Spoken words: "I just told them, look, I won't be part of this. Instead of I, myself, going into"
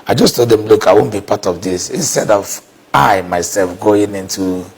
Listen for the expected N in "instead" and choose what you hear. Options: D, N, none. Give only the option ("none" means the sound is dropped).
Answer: N